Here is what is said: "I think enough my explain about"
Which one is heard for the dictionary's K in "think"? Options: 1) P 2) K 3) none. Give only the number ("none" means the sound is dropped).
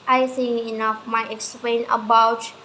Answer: 3